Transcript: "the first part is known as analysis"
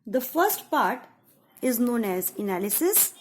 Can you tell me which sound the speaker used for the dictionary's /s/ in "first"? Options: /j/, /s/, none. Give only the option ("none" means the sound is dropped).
/s/